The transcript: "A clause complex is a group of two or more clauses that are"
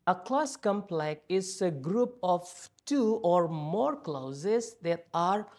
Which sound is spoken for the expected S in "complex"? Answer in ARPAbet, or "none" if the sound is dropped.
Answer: none